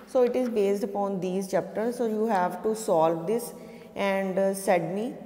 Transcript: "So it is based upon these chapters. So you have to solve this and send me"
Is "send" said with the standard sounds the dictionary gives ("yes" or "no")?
no